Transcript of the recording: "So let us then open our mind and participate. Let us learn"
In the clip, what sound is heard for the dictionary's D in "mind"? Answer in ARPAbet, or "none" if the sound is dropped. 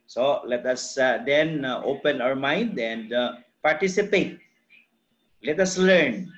D